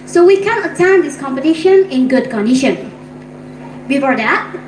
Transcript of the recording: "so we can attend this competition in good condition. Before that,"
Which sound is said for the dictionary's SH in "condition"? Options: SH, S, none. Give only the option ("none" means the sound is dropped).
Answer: SH